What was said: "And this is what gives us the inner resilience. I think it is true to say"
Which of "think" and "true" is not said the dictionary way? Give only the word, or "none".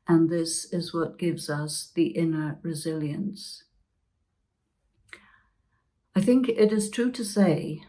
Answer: none